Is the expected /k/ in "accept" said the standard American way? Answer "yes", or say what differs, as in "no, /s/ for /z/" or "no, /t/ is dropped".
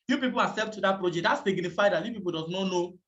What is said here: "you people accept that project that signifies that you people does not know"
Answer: no, /k/ is dropped